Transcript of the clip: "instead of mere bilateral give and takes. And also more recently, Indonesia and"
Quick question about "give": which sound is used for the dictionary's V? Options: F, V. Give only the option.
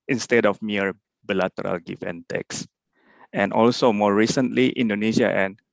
F